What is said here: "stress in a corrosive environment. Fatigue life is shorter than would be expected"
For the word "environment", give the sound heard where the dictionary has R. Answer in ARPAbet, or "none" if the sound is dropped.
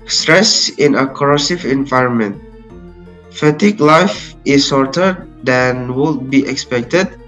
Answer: R